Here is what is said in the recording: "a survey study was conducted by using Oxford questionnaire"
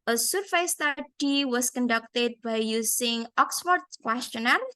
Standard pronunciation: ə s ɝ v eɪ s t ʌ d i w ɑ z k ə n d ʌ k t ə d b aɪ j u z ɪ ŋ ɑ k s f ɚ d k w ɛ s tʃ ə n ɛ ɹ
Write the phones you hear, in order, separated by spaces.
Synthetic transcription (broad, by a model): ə s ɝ f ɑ s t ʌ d i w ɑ s k ə n d ʌ k t ə d b aɪ j u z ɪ ŋ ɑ k s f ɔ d k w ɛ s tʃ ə n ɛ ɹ